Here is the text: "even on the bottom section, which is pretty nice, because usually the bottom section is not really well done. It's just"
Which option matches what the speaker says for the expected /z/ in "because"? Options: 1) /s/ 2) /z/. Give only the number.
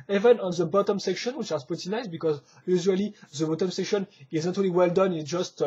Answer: 2